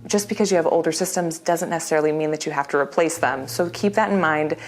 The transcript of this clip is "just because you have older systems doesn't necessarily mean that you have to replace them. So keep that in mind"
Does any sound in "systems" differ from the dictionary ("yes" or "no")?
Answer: no